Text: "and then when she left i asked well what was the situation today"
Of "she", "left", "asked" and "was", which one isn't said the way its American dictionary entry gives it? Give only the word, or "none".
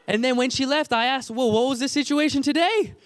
none